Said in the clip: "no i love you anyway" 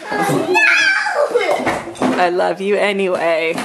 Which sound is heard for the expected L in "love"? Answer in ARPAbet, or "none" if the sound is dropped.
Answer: L